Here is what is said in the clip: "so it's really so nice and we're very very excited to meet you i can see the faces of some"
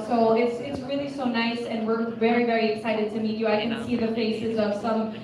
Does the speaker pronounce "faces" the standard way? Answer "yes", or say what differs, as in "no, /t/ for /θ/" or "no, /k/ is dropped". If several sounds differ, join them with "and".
yes